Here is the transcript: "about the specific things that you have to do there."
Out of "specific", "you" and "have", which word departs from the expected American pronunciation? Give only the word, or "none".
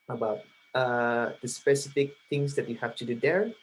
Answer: have